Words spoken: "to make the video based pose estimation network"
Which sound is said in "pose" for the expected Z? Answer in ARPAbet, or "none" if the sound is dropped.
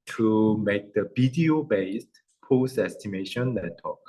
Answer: S